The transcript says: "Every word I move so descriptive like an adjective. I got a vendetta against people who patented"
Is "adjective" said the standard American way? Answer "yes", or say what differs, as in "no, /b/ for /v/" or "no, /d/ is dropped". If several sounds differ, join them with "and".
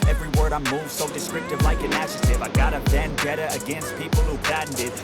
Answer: no, /ʃ/ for /dʒ/ and /k/ is dropped